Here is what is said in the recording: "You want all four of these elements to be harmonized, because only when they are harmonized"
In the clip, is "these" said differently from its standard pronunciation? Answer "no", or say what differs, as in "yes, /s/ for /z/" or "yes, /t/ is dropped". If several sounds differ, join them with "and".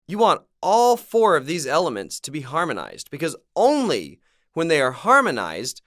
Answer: no